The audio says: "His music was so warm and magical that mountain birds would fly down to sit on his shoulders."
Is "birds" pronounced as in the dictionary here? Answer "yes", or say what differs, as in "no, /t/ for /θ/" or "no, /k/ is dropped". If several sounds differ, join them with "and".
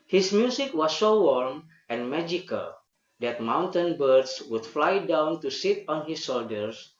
no, /s/ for /z/